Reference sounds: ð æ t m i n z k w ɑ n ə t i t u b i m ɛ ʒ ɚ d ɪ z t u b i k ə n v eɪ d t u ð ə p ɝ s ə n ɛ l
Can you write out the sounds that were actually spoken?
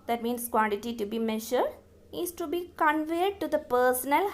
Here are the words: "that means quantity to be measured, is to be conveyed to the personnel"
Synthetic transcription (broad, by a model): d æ t m i n s k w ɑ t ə t i t u b i m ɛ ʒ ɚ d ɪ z t u b i k ə n v eɪ d t u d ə p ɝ s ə n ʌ l